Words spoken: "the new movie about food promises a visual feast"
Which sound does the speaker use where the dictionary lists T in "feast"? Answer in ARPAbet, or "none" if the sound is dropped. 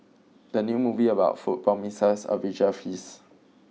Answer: none